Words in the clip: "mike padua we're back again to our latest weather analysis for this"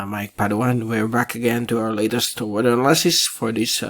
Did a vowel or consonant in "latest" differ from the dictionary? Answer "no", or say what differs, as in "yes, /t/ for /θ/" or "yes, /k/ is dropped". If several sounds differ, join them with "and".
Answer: no